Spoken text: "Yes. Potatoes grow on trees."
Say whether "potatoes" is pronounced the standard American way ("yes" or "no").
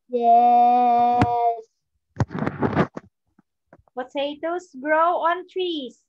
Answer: no